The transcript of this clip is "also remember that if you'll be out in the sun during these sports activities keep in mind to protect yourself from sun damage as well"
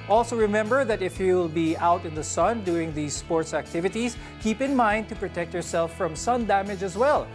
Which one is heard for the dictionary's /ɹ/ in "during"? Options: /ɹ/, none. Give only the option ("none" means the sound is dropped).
none